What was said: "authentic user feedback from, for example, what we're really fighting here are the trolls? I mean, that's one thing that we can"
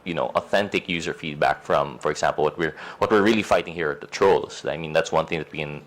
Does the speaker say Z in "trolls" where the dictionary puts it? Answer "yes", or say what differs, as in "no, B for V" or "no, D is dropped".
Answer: no, S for Z